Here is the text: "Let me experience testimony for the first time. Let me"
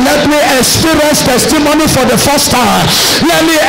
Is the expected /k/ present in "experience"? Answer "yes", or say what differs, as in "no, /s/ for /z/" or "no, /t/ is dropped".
no, /k/ is dropped